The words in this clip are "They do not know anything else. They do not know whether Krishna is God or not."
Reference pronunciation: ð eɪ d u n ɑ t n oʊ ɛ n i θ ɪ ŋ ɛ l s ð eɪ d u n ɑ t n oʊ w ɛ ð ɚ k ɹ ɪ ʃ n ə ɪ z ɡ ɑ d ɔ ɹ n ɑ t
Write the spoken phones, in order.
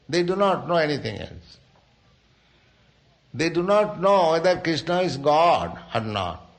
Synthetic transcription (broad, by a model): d eɪ d u n ɑ t n oʊ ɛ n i t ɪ ŋ ɛ l s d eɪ d u n ɑ t n oʊ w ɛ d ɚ k ɹ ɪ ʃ n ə ɪ z ɡ ɑ d ɔ ɹ n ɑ t